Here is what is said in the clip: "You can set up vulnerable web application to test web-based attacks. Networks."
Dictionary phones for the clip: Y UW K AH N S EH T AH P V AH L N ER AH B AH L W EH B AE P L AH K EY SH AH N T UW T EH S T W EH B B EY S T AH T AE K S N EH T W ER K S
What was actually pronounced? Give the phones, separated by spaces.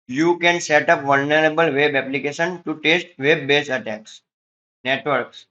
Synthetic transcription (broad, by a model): Y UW K AH N S EH T AH P V AH L N ER AH B AH L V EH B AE P L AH K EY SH AH N T UW T EH S T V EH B B EY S AH T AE K S N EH T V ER K S